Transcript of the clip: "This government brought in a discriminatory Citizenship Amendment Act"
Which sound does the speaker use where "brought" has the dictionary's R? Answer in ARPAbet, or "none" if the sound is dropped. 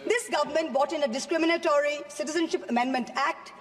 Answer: none